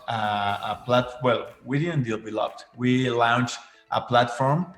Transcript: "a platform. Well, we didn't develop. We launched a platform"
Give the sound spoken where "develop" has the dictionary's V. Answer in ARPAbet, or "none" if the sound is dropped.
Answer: B